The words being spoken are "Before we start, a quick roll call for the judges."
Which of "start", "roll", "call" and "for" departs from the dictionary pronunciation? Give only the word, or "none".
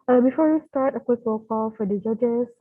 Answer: roll